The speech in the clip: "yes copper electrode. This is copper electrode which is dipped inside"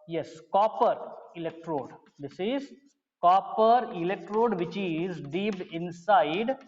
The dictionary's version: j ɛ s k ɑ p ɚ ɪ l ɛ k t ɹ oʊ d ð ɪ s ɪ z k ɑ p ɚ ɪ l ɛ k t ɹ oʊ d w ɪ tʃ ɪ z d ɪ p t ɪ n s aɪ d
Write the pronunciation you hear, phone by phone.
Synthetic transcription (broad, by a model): j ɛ s k ɑ p ɚ ɪ l ɛ k t ɹ oʊ d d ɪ s ɪ z k ɑ p ɚ ɪ l ɛ k t ɹ oʊ d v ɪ tʃ ɪ z d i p ɪ n s aɪ d